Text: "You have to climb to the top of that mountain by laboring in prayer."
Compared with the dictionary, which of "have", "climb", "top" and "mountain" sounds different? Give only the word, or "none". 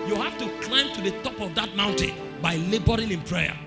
have